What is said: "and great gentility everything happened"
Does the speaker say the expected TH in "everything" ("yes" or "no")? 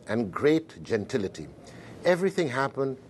yes